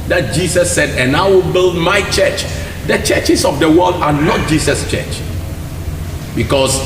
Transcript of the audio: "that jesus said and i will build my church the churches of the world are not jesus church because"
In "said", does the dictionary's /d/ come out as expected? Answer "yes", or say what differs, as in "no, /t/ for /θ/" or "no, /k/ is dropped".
yes